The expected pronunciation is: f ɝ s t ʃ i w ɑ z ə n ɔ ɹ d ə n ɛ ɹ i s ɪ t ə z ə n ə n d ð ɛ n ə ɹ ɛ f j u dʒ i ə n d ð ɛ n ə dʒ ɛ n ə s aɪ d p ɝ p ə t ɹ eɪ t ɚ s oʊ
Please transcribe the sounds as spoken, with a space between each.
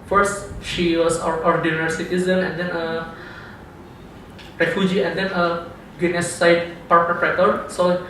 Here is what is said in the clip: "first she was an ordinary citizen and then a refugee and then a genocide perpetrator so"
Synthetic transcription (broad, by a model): f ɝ s t ʃ i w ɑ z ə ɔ ɹ d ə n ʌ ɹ s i t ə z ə n ə n d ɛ n ə ɹ ɛ f j u dʒ i ə n d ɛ n ə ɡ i n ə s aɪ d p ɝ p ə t ɹ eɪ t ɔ s oʊ